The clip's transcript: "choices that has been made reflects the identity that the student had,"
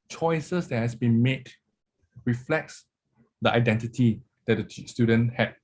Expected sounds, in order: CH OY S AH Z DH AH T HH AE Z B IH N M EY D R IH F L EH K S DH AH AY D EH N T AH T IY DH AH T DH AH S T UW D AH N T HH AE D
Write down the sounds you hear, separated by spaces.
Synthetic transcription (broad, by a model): CH OY S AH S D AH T HH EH S B IH N M EY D R IH F L EH K S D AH AY D EH N T AH T IY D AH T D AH S T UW D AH N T HH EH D